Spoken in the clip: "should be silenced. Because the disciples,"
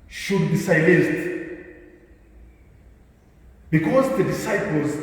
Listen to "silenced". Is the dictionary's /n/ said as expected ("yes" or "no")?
no